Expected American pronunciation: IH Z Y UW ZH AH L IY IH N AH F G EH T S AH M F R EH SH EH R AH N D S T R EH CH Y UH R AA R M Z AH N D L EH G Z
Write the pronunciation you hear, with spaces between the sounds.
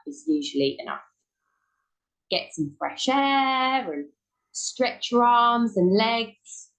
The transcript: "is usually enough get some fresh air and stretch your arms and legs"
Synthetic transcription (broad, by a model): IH Z Y UW ZH AH L IY IH N AH F G EH T S AH M F R EH SH EH R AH N S T R EH CH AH R AA M Z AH N L EH G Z